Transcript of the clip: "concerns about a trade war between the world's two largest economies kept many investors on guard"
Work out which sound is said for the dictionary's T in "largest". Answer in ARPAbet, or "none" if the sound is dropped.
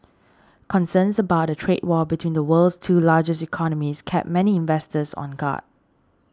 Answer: none